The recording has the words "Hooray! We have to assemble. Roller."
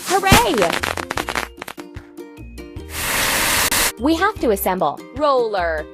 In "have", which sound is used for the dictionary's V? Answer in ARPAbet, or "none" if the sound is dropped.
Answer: F